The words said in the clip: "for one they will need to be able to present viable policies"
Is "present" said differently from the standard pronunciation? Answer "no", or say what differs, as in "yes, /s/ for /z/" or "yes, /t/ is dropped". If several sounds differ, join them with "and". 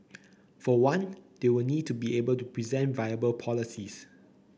no